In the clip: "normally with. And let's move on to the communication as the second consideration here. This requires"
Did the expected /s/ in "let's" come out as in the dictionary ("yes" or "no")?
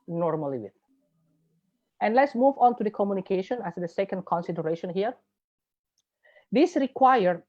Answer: yes